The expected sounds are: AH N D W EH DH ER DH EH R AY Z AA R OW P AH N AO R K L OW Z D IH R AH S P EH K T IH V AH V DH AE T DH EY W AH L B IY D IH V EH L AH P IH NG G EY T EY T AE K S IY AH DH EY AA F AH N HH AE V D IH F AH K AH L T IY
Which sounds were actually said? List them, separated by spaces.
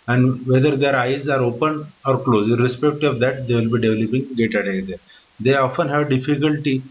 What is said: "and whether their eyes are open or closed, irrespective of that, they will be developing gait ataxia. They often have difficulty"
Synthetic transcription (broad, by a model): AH N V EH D ER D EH R AY Z AA R OW P AH N AO R K L OW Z IH R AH S P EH K T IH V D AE T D EY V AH L B IY D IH V L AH P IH NG G EY T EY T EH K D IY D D EY AA F AH N HH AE V D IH F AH K AH L T IY